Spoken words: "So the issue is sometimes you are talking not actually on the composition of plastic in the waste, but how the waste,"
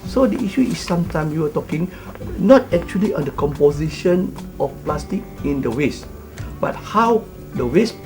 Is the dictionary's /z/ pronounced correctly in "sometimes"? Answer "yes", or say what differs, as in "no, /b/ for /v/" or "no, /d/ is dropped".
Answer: no, /z/ is dropped